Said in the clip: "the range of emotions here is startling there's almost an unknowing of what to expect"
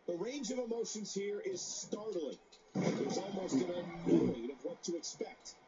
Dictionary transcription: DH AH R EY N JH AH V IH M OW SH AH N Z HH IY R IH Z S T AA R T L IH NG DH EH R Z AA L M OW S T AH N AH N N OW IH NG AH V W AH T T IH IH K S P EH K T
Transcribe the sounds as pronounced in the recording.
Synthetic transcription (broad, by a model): DH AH R EY N JH AH V IH M OW SH AH N Z HH IY R IH Z S T AA R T L IH NG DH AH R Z AA L M OW S T AH N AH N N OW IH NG AH V W AH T T IH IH K S P EH K T